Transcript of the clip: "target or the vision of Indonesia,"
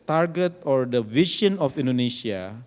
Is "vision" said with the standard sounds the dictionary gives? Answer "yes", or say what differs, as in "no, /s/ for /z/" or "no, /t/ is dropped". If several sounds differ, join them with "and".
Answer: no, /ʃ/ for /ʒ/